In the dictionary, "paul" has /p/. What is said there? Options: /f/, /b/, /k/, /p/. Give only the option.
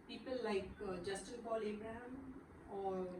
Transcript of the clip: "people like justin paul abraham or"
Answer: /b/